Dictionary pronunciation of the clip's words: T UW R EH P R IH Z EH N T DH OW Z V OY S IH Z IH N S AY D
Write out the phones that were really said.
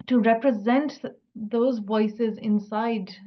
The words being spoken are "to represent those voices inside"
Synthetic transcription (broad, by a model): T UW R EH P R IH Z EH N T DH OW Z V OY S IH Z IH N S AY D